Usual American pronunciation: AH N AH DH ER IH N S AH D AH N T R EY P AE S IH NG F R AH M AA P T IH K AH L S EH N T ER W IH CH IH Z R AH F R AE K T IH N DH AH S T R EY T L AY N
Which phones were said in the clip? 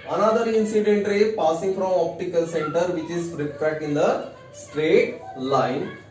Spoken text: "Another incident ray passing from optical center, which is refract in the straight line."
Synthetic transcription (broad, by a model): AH N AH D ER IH N S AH D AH N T R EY P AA S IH NG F R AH M AA P T IH K AH L S EH N T ER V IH CH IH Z R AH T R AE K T IH N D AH S T R EY T L AY N